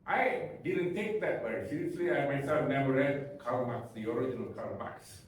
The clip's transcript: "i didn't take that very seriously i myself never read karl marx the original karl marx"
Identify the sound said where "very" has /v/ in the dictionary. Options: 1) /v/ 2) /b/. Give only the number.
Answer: 2